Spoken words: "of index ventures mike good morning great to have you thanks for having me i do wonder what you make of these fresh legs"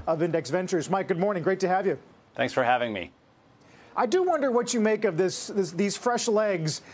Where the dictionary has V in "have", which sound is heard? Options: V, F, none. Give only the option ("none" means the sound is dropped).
V